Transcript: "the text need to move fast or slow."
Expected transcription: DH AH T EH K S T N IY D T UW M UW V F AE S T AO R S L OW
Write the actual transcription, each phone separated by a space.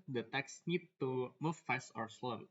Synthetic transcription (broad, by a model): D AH T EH K S N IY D T UW M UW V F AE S AO R S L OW